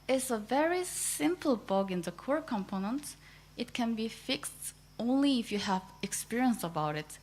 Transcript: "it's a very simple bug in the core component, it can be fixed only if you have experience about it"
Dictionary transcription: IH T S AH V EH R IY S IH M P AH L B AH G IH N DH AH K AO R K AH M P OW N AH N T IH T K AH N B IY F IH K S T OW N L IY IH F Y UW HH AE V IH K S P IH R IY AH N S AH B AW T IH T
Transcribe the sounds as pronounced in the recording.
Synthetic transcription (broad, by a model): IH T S AH V EH R IY S IH M P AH L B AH G IH N DH AH K AO R K AH M P OW N AH N T IH T K AH N B IY F IH K S T OW N L IY IH F Y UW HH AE V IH K S P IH R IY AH N S AH B AW T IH T